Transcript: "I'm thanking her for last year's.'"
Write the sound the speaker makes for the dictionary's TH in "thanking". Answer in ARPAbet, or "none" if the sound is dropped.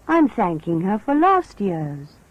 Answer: TH